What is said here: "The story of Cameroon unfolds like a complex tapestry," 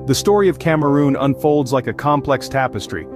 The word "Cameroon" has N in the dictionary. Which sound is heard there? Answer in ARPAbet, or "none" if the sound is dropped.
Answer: N